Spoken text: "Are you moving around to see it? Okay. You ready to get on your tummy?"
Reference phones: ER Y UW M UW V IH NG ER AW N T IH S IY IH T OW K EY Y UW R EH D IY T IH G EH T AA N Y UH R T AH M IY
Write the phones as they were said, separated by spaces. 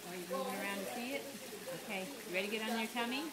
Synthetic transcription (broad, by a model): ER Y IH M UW IH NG ER AW N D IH S IY IH T OW K EY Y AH R EH D IY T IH G EH T N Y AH R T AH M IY